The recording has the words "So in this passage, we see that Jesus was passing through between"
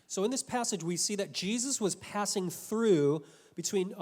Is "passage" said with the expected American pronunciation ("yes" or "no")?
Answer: yes